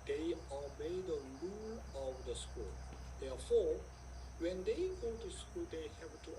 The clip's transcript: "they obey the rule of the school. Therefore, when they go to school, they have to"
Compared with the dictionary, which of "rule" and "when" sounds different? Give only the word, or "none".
rule